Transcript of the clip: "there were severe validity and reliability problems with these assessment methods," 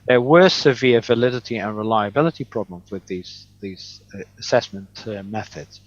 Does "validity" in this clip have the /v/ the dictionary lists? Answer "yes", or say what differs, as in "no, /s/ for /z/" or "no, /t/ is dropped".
yes